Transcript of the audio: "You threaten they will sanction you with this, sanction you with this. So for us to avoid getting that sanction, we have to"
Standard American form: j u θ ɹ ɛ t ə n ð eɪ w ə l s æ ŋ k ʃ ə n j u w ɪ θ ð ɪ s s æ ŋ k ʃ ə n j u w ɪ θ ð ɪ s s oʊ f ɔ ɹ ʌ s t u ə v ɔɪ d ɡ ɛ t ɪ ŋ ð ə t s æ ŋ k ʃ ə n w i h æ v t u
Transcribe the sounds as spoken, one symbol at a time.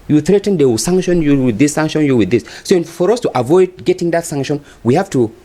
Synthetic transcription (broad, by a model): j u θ ɹ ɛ t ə n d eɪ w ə s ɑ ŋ k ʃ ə n j u w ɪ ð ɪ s s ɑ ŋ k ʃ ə n j u w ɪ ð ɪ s s oʊ f ɔ ɹ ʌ s t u ə v ɔɪ d ɡ ɛ t ɪ ŋ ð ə t s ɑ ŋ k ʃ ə n w i h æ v t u